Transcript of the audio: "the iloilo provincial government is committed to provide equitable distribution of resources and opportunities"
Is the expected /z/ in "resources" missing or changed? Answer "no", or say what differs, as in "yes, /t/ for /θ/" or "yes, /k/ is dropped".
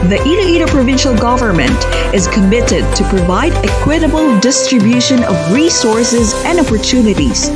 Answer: no